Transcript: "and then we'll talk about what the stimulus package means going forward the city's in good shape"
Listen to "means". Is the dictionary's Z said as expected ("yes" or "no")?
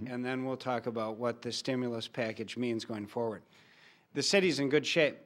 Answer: yes